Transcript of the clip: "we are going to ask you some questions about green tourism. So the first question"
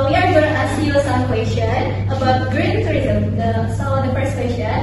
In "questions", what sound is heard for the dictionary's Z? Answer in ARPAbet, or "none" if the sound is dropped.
none